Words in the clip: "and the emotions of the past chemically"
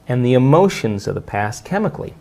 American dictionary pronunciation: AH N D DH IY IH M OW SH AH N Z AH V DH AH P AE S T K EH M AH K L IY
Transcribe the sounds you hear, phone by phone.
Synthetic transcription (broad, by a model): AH N DH IY IH M OW SH AH N Z AH V DH AH P AE S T K EH M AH K L IY